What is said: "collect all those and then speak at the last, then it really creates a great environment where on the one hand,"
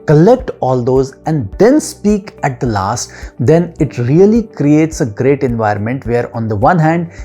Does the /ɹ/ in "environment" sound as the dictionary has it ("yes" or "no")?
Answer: yes